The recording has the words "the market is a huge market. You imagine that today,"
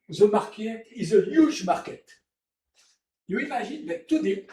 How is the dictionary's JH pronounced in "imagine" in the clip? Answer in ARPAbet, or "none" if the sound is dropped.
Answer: ZH